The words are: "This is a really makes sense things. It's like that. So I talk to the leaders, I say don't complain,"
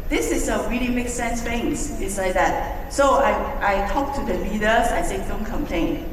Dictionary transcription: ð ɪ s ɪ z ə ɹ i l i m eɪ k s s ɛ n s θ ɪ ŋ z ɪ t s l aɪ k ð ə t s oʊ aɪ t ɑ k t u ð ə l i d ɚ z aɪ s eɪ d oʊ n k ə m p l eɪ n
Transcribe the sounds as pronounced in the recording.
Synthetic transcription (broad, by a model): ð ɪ s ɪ s ə ɹ i l i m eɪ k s s ɛ n s f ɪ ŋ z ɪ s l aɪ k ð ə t s oʊ aɪ t ɑ k t u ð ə l i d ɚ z aɪ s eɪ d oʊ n k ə m p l eɪ n